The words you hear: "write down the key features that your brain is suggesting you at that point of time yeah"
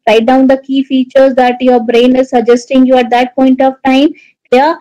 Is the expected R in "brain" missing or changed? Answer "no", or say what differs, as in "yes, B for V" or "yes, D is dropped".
no